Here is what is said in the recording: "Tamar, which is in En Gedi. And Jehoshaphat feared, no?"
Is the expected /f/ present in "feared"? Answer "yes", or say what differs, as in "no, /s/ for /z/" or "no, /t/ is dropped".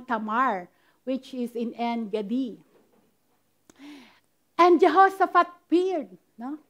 no, /p/ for /f/